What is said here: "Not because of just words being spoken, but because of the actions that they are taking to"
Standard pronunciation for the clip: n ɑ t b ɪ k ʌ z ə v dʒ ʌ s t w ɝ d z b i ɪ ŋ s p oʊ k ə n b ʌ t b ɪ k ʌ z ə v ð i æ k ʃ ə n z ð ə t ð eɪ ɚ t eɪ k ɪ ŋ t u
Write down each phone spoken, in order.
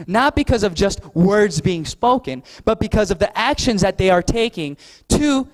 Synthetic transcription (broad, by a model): n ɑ t b ɪ k ʌ z ə v dʒ ʌ s t w ɝ d z b i ɪ ŋ s p oʊ k ə n b ʌ t b ɪ k ʌ z ə v ð i æ k ʃ ə n z ð ə t ð eɪ ɚ t eɪ k ɪ ŋ t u